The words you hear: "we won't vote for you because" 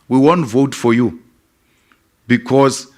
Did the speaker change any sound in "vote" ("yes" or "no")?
no